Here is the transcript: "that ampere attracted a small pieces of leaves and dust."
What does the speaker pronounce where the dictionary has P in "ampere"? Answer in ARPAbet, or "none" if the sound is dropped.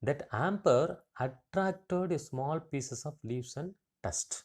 P